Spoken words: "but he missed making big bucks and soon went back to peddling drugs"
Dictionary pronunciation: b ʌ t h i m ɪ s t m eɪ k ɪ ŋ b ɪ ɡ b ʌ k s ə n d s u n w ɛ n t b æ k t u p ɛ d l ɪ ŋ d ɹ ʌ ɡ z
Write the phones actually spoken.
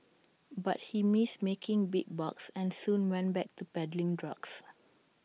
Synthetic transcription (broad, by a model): b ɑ t h i m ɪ s m eɪ k ɪ ŋ b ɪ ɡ b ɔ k s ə n s u n w ɛ n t b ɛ k t u p ɛ d l ɪ ŋ d ɹ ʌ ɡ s